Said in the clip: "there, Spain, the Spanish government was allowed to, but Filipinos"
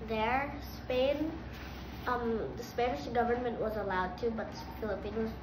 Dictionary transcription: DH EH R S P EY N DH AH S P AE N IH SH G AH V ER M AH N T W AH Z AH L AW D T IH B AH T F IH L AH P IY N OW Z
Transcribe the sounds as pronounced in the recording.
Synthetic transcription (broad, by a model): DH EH R S P EY N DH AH S P AE N IH SH G AH V ER M AH N T W AH Z AH L AW D T IH B AH T F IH L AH P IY N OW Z